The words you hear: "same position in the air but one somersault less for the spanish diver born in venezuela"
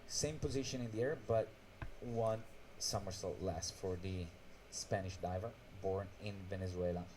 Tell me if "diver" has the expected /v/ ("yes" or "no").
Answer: yes